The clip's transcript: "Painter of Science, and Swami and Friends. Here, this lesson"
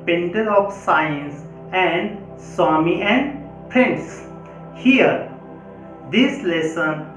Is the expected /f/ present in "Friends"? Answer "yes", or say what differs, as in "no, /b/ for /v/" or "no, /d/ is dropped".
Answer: no, /p/ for /f/